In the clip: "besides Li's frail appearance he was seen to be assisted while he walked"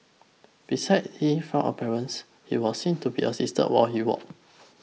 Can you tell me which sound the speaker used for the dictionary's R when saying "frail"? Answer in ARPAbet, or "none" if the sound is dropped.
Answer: none